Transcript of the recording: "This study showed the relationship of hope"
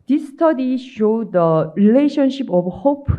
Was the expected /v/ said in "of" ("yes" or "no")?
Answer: no